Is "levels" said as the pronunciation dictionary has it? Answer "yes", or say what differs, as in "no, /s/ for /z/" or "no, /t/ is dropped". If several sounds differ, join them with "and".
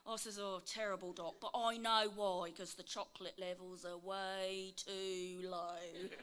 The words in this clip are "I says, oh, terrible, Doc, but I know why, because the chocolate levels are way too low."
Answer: yes